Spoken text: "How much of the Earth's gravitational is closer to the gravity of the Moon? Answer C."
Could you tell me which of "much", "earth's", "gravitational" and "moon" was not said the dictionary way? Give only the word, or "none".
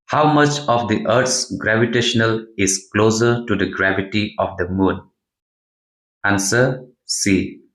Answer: earth's